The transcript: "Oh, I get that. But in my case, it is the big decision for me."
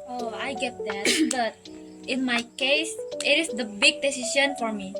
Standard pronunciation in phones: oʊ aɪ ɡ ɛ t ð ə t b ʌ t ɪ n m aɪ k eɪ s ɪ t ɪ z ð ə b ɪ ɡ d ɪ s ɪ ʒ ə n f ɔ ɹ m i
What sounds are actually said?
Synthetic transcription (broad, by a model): oʊ aɪ ɡ ɛ t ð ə t b ʌ t ɪ n m aɪ k eɪ s ɪ t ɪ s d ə b ɪ ɡ d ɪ s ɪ s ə n f ɔ ɹ m i